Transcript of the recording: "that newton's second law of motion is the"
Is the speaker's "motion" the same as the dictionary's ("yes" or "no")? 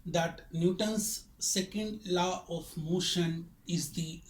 yes